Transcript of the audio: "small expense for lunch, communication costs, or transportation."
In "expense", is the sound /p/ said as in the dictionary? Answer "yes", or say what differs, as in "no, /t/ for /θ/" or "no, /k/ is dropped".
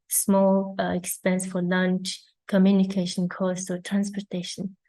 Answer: yes